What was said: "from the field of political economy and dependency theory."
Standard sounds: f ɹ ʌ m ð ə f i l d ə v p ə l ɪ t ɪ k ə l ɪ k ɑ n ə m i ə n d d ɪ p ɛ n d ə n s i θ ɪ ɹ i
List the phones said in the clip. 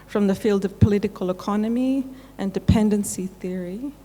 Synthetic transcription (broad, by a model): f ɹ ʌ m ð ə f i l d ə v p ə l ɪ t ɪ k ə l ɪ k ɑ n ə m i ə n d d ɪ p ɛ n d ə n s i θ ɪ ɹ i